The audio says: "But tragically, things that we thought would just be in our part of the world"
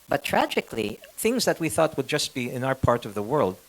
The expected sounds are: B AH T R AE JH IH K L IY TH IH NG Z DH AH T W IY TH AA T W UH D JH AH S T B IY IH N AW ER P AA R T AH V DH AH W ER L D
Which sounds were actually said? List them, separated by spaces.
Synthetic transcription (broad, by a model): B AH T R AE JH IH K L IY TH IH NG Z DH AH T W IY TH AA T W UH D JH AH S T B IY IH N AW ER P AA R T AH V DH AH W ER L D